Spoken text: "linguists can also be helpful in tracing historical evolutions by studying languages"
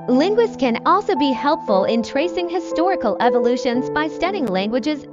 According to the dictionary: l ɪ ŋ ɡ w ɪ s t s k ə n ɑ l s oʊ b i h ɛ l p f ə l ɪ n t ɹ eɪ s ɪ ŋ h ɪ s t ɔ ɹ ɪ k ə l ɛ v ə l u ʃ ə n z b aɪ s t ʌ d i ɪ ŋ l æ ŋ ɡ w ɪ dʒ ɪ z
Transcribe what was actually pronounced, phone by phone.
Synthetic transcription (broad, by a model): l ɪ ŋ ɡ w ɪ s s k ə n ɑ l s oʊ b i h ɛ l p f ə l ɪ n t ɹ eɪ s ɪ ŋ h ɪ s t ɔ ɹ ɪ k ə l ɛ v ə l u ʃ ə n z b aɪ s t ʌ d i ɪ ŋ l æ ŋ ɡ w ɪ dʒ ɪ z